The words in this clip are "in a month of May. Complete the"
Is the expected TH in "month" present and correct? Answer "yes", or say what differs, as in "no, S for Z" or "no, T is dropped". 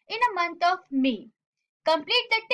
no, T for TH